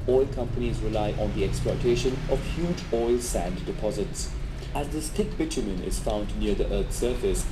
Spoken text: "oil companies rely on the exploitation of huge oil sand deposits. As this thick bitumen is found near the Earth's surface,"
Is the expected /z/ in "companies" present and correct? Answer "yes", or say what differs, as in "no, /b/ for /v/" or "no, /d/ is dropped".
yes